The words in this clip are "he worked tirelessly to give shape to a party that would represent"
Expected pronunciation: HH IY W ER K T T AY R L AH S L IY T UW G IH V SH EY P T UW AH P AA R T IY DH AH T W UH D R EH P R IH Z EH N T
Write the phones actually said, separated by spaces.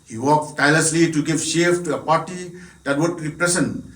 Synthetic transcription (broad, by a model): HH IY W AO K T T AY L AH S L IY T UW G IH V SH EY F T UW AH P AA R T IY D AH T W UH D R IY P R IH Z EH N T